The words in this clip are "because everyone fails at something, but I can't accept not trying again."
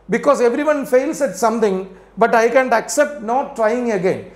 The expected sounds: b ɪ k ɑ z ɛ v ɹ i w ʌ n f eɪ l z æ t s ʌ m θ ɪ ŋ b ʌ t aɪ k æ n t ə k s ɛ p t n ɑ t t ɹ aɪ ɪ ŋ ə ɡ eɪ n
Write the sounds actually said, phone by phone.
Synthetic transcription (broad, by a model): b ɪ k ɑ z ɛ v ɹ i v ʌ n f eɪ l s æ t s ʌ m t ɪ ŋ b ʌ t aɪ k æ n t ə k s ɛ p t n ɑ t t ɹ aɪ ɪ ŋ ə ɡ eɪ n